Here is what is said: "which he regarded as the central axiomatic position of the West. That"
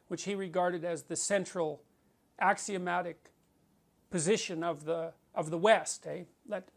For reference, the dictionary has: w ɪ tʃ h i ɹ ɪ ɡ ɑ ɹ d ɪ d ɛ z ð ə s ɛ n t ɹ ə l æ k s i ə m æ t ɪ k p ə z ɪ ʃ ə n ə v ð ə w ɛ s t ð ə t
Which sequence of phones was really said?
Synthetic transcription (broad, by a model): w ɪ tʃ h i ɹ ɪ ɡ ɑ ɹ d ɪ d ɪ z ð ə s ɛ n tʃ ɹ l æ k s i ə m æ t ɪ k p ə z ɪ ʃ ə n ə v ð ə w ɛ s t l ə t